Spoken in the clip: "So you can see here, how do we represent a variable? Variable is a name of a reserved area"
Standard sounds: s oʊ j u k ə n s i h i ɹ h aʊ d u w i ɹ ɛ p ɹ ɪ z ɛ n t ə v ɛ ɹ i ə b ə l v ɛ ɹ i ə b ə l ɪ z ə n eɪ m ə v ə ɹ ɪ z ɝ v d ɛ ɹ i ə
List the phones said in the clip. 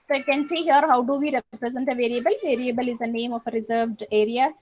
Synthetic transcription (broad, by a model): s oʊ k ə n s i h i ɹ h aʊ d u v i ɹ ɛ p ɹ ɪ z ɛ n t ə v ɛ ɹ i ə b ə l v ɛ ɹ i ə b ə l ɪ z ə n eɪ m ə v ə ɹ ɪ z ɝ v d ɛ ɹ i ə